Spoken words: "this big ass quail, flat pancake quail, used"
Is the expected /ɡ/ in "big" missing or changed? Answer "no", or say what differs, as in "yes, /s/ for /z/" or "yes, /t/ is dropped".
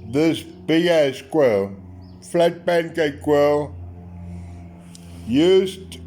yes, /ɡ/ is dropped